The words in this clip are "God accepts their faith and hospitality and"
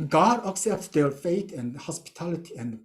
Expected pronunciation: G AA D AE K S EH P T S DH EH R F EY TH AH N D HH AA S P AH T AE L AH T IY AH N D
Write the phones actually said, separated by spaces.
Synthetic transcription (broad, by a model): G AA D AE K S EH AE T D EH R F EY T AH N HH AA S P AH T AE L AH T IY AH N